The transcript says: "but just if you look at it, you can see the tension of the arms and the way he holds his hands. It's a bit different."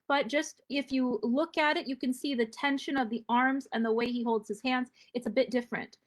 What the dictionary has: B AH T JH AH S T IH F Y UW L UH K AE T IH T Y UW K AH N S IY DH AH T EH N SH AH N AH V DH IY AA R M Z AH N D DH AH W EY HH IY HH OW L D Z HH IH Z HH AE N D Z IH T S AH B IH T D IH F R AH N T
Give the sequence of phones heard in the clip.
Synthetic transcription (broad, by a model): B AH T JH AH S T IH F Y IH L UH K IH T IH T Y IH K AH N S IY DH AH T EH N SH AH N AH V DH IY AA R M Z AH N DH AH W EY IY HH OW L D Z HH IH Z HH AE N D Z IH T S AH B IH T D IH F R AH N T